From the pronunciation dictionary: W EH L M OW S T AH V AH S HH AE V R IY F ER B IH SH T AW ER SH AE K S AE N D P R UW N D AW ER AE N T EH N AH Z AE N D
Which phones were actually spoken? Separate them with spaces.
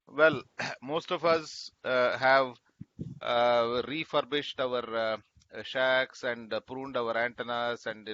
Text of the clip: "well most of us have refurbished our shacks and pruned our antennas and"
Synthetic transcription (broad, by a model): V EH L M OW S T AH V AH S HH AE V R IY F ER B IH SH T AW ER SH AE K S AE N D P R UW N D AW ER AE N T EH N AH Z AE N D